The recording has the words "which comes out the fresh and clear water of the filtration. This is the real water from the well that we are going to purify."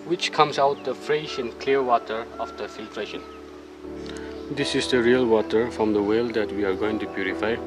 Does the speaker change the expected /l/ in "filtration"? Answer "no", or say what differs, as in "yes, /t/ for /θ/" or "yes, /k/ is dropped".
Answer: no